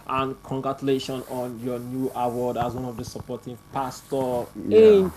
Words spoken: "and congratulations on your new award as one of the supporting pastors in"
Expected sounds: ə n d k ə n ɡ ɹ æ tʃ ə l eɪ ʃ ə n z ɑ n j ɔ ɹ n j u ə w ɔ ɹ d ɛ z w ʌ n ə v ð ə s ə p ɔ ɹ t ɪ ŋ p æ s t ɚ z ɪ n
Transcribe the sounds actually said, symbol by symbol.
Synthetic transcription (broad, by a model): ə n k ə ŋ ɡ ɹ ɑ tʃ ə l eɪ ʃ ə n ɑ n j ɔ n j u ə w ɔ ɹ d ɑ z w ʌ n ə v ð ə s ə p ɔ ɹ t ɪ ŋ p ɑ s t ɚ ɪ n